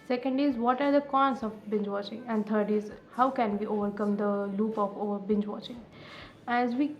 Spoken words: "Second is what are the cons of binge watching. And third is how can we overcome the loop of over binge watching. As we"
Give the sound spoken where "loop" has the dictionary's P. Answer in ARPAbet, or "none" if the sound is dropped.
P